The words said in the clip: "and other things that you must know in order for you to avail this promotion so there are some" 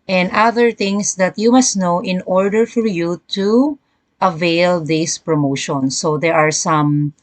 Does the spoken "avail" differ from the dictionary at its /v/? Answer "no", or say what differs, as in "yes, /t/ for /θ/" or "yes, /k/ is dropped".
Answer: no